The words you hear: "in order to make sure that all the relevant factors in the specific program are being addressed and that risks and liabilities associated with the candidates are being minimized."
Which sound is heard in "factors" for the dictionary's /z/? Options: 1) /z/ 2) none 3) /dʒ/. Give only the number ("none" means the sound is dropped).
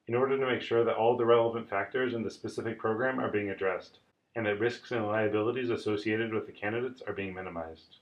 1